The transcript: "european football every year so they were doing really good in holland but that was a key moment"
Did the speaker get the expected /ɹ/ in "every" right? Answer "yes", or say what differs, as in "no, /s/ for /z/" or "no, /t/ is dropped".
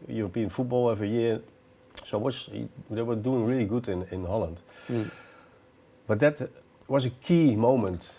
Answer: no, /ɹ/ is dropped